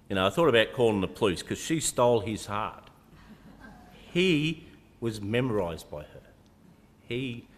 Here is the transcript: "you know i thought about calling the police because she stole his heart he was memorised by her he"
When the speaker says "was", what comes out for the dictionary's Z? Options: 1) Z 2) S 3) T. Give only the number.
1